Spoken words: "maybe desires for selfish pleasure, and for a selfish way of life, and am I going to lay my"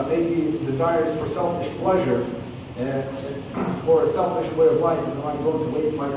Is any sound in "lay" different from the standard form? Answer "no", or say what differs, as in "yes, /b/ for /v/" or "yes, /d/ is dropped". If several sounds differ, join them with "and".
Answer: yes, /w/ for /l/